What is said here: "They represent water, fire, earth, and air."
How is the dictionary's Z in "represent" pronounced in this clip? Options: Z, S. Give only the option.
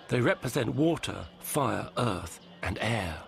Z